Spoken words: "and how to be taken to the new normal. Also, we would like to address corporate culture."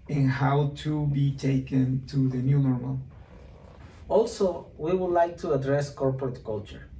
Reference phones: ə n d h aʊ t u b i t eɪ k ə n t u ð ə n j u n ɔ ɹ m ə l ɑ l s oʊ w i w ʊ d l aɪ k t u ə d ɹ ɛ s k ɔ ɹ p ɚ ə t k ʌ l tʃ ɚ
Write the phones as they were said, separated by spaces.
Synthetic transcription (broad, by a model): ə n h aʊ t u b i t eɪ k ə n t u ð ə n j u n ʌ ɹ ə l ɑ l s oʊ w i w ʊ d l aɪ k t u ə d ɹ ɛ s k ɔ ɹ p ɚ ə t k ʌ l tʃ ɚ